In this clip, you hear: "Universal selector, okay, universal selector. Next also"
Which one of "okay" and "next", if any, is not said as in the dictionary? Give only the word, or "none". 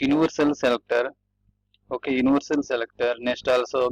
next